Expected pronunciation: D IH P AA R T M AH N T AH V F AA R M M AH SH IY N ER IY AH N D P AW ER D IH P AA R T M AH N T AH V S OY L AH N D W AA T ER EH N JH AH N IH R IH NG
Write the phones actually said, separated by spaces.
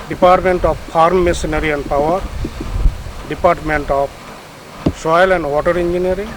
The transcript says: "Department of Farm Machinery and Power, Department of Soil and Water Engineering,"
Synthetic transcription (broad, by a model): D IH P AA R T M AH N T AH P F AA R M M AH S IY N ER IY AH N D P AW ER D IH P AA R T M AH N T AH P S OY L AH N D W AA T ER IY N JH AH N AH R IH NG